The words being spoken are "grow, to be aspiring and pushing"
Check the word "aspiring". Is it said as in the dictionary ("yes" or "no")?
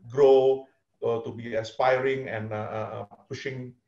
yes